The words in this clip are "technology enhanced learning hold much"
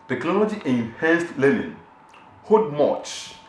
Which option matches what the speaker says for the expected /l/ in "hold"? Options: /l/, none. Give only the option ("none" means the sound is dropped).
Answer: none